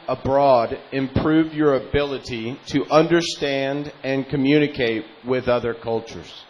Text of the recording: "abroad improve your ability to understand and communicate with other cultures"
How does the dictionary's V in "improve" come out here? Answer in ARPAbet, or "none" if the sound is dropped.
V